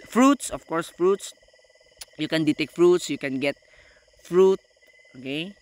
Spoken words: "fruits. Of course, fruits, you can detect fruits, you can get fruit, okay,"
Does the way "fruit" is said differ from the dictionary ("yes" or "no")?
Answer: no